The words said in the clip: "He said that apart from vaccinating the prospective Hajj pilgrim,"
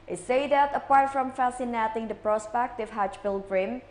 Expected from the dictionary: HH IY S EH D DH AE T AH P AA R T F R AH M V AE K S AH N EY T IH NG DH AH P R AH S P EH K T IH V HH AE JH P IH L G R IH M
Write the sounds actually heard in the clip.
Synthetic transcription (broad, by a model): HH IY S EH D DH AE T AH P AA R T F R AH M F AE S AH N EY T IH NG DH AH P R AH S P EH K T IH V HH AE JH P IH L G R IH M